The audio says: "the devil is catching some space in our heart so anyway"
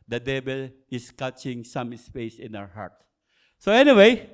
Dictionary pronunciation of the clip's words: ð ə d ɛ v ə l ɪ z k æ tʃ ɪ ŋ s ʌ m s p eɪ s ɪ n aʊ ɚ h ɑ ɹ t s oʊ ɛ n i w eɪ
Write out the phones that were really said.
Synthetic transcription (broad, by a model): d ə d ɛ b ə l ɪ s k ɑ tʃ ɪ ŋ s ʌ m s p eɪ s ɪ n aʊ ɚ h ɑ ɹ t s oʊ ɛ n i w eɪ